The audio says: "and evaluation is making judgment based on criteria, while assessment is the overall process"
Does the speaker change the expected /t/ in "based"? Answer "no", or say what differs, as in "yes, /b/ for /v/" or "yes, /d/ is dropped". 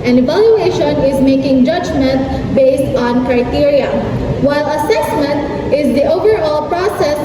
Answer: no